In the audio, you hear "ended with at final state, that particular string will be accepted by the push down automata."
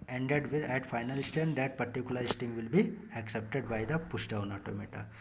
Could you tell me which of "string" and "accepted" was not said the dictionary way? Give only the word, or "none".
string